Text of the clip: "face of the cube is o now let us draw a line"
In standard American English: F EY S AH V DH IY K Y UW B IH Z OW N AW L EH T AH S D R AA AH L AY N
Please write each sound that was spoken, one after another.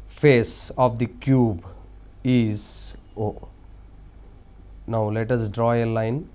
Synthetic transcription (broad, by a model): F EY S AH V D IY K Y UW B IH Z OW N AW L EH T AH S D R AA AH L AY N